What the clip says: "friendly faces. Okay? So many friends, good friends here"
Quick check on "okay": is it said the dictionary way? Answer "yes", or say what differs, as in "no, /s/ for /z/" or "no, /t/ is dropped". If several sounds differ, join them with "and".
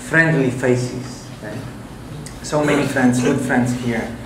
no, /k/ is dropped